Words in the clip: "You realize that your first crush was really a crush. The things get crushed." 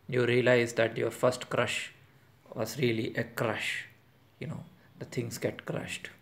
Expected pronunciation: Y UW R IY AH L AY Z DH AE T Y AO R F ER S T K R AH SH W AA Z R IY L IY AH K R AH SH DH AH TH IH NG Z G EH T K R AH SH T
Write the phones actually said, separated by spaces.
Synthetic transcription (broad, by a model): Y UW R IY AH L AY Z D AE T Y AO R F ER S T K R AH SH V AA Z R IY L IY AH K R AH SH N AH T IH NG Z G EH T K R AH SH T